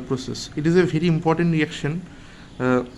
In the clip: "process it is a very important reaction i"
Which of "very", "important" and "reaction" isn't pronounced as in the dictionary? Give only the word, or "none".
none